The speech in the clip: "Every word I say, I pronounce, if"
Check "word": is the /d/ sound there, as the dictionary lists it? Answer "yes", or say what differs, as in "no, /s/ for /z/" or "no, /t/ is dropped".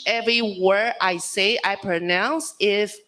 no, /d/ is dropped